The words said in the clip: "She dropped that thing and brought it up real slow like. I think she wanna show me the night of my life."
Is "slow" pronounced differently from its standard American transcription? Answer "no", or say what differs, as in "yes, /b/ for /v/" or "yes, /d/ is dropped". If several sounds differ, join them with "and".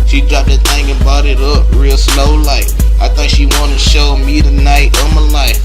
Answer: no